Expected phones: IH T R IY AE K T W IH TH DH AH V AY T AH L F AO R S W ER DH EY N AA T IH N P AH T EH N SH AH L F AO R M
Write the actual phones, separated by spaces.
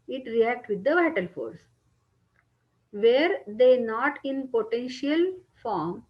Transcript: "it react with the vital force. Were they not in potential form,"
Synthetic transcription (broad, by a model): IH T R IY AE K T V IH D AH V AY T AH L F AO R S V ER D EY N AA T IH N P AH T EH N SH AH L F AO R M